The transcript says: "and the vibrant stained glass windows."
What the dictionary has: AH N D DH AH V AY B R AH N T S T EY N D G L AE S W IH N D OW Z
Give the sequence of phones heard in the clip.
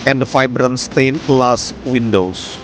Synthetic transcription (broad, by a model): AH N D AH F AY B R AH N S T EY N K L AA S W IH N D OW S